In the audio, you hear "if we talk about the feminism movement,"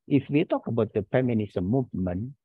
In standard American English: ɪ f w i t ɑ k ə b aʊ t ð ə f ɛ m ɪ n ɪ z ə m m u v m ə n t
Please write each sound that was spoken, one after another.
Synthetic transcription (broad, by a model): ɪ f w i t ɑ k ə b aʊ t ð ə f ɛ m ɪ n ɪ s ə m m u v m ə n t